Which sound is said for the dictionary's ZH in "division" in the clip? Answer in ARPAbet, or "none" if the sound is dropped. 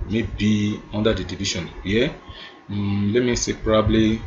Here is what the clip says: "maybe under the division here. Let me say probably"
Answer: SH